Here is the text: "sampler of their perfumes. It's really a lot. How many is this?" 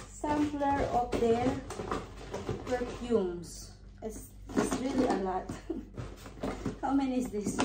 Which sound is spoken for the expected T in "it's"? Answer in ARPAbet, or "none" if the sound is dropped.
S